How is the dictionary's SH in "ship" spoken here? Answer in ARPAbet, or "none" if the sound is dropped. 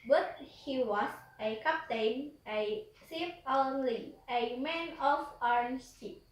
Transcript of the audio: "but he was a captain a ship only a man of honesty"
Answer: S